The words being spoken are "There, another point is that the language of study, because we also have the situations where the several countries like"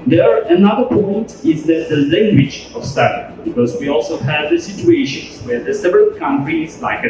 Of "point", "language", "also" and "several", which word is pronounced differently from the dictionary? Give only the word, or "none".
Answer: none